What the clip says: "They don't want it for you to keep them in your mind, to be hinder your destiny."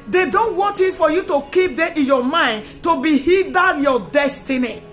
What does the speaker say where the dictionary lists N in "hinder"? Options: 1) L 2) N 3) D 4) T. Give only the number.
1